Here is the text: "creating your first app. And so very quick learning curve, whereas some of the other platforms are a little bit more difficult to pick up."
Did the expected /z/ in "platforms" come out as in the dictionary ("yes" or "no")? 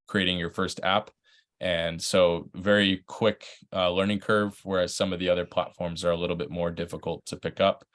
yes